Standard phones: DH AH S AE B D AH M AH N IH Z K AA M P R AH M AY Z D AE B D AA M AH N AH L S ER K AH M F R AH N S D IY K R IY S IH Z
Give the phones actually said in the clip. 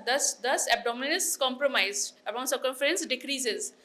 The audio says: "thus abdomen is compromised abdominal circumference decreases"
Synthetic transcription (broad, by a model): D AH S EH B D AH M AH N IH S K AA M P R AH M AY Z AE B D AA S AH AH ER K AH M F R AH N S D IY K R IY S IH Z